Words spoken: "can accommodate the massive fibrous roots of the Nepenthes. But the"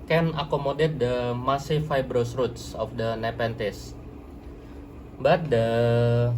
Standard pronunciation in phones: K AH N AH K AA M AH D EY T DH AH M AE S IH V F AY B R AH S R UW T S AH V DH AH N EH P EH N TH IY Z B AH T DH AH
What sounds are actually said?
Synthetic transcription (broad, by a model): K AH N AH K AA M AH D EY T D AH M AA S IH F AY B R AH S R UW T S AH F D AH N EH P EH N T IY S B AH T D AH